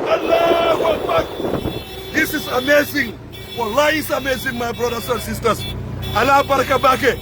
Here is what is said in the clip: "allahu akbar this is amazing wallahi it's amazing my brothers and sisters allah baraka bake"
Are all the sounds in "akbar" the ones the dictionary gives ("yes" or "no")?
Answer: no